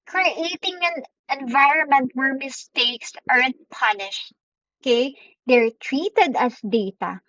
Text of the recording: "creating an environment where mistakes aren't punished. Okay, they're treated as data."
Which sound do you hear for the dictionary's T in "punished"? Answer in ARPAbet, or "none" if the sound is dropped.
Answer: T